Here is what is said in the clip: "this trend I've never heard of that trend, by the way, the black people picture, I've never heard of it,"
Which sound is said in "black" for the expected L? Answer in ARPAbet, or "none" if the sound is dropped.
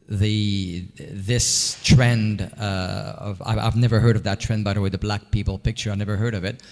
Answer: L